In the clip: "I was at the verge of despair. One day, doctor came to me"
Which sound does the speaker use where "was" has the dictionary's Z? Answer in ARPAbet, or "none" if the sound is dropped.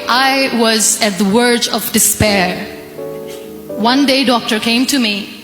Z